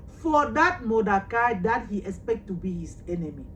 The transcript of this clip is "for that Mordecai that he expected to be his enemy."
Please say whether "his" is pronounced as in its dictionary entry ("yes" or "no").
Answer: no